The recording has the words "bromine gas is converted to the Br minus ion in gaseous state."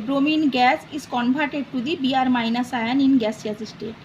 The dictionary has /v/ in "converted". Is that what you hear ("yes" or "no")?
no